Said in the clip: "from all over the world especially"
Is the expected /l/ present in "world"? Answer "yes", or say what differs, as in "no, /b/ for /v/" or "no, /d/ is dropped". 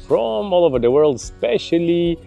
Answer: yes